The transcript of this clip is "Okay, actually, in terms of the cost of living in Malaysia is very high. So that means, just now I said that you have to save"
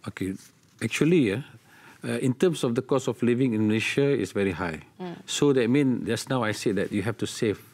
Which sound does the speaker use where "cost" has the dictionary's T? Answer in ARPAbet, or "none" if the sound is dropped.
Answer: none